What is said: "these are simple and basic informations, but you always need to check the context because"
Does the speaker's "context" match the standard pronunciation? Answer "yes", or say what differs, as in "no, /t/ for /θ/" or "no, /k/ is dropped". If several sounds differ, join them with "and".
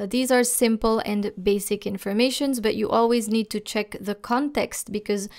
yes